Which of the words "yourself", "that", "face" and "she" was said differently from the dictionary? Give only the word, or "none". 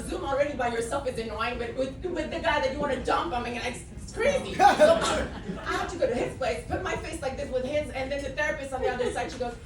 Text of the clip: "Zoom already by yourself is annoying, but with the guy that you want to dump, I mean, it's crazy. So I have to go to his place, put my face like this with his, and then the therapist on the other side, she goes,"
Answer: none